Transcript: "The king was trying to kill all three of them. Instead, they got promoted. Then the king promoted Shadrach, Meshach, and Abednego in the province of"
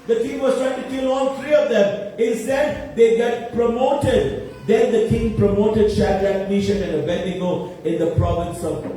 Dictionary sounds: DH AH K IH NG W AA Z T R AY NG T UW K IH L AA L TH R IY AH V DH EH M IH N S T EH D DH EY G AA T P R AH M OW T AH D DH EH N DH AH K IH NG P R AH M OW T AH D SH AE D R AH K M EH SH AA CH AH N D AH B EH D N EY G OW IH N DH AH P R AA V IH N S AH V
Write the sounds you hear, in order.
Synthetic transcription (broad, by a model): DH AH K IH NG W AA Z T R AY NG T UW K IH L AA L T R IY AH V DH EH M IH N S T EH D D EY G AA T P R AH M OW T AH D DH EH N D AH K IH NG P R AH M OW T AH D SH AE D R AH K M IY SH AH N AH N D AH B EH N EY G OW IH N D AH P R AA V IH N S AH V